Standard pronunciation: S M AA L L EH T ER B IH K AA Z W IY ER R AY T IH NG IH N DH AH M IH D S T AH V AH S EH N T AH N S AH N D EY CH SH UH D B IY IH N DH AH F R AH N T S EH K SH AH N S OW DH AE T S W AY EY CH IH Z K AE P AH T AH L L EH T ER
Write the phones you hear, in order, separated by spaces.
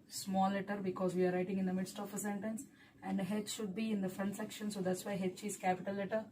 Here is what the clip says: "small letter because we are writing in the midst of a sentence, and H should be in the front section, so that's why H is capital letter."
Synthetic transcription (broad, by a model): S M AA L L EH T ER B IH K AA Z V IY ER R AY T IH NG IH N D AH M IH D S T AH F AH S EH N T AH N S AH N D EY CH SH UH D B IY IH N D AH F R AH N T S EH K SH AH N S OW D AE T S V AY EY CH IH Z K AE P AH T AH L L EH T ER